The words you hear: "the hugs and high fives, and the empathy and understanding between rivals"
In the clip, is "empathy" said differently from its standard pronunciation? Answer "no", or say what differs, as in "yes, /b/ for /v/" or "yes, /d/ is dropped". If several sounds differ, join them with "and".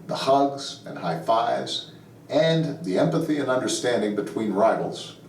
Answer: no